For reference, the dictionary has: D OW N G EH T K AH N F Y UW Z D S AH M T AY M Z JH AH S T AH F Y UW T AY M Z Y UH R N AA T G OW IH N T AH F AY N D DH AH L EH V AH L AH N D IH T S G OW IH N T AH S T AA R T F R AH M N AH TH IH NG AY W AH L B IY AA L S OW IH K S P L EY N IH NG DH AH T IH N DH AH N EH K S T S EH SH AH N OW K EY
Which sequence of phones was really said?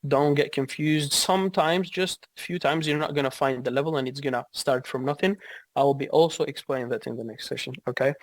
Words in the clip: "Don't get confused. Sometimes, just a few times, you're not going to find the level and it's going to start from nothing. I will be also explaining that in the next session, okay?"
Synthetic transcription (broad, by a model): D OW N G EH T K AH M F Y UW Z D S AH M T AY M Z JH AH S T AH F Y UW T AY M Z Y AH R N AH T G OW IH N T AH F AY N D DH AH L EH V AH L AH N IH T S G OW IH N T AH S T AA R T F R AH M N AH TH IH NG AY W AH L B IY AA L S OW IH K S P L EY N IH NG DH AH T IH N DH AH N EH K S T S EH SH AH N OW K EY